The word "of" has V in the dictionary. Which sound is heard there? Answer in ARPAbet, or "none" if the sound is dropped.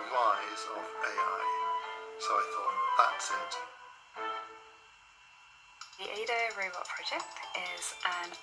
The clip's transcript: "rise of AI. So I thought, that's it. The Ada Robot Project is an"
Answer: B